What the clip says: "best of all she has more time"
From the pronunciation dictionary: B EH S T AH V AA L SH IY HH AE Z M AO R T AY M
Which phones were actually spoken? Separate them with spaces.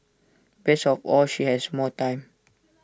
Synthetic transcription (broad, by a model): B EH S AH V AA L SH IY HH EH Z M AO T AY M